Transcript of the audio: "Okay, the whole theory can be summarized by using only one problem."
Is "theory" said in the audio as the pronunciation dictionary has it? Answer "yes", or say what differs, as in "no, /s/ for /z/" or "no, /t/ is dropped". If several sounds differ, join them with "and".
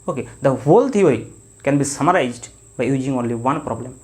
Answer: no, /t/ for /θ/